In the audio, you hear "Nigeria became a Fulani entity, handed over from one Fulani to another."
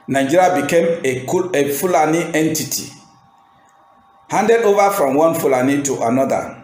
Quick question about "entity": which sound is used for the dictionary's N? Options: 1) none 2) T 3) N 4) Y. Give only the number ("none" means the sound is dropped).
3